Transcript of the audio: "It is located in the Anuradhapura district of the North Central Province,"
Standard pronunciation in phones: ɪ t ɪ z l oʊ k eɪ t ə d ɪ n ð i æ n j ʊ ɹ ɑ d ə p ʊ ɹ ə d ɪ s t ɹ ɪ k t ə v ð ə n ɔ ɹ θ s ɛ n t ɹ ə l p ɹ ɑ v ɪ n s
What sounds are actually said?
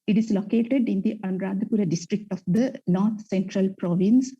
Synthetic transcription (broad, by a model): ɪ t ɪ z l oʊ k eɪ t ə d ɪ n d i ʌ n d ɹ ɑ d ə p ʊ ɹ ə d ɪ s t ɹ ɪ k t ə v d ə n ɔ ɹ t s ɛ n t ɹ ə l p ɹ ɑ v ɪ n s